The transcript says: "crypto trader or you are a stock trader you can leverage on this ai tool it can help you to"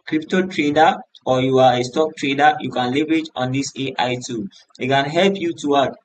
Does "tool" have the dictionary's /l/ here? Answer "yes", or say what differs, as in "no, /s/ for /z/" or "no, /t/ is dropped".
no, /n/ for /l/